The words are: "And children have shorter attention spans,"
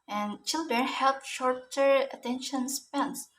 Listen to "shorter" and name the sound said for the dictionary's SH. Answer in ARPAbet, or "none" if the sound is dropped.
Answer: SH